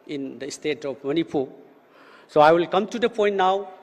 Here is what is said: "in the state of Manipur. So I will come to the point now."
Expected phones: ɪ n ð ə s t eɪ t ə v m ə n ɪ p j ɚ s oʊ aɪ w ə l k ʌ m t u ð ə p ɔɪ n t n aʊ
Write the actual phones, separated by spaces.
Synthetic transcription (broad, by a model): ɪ n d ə s t eɪ t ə p m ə n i p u s oʊ aɪ w ə l k ʌ m t u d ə p ɔɪ n t n aʊ